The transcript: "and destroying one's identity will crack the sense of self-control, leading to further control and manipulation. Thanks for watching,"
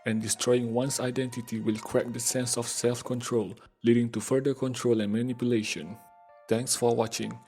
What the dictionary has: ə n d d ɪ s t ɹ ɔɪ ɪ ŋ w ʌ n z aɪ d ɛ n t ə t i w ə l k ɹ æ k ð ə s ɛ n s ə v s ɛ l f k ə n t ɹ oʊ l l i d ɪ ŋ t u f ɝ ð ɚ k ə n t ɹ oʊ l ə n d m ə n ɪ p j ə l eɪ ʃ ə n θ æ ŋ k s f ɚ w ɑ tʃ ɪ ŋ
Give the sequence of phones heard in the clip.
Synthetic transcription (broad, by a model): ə n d d ɪ s t ɹ ɔɪ ɪ ŋ w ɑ n s aɪ d ɛ n t ə t i w ə l k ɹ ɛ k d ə s ɛ n s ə f s ɛ l f k ə n t ɹ oʊ l l i d ɪ ŋ t u f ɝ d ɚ k ə n t ɹ oʊ l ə n m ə n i p j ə l eɪ ʃ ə n t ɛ ŋ k s f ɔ w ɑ tʃ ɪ ŋ